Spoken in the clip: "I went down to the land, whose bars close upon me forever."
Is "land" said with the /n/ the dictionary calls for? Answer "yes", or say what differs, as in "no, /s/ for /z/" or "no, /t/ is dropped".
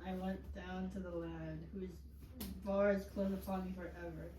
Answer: no, /n/ is dropped